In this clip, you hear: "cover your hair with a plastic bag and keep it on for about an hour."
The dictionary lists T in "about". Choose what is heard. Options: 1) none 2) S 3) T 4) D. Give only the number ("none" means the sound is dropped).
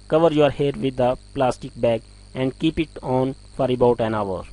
3